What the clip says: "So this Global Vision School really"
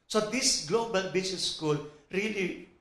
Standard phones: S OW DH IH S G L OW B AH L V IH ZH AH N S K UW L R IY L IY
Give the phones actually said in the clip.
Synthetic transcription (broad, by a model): S OW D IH S G L OW B AH L B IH S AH S K UW L R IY L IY